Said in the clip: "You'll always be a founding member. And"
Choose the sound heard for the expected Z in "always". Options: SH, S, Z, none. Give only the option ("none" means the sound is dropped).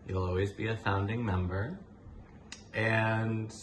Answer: Z